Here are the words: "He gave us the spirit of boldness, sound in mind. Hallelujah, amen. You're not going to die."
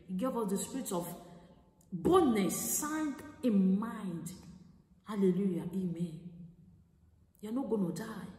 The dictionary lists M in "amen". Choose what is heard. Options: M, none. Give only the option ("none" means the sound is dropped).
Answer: M